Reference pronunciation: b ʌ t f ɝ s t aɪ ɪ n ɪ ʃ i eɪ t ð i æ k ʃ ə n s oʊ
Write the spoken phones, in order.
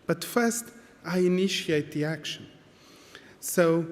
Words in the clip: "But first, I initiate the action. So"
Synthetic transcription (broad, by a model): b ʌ t f ɝ s t aɪ ɪ n ɪ ʃ i eɪ t ð i æ k ʃ ə n s oʊ